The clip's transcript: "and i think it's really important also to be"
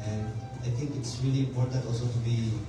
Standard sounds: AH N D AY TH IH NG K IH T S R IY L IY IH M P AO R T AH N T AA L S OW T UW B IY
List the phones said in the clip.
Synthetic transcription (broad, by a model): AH N D AY T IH NG K IH T S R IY L IY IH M P AO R T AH N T AA L S OW T UW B IY